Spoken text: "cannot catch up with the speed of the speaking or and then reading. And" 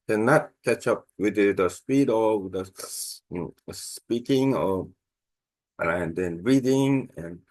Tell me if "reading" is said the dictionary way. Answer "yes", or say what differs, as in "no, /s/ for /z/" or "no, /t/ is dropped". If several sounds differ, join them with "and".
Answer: yes